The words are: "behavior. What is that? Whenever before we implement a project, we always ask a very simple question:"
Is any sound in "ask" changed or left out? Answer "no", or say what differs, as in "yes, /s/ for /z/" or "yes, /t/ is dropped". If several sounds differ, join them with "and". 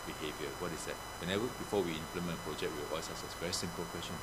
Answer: yes, /k/ is dropped